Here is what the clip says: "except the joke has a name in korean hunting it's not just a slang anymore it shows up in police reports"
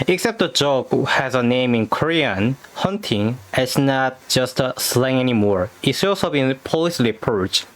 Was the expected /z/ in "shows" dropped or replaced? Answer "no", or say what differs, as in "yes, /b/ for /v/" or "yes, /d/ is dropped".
yes, /s/ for /z/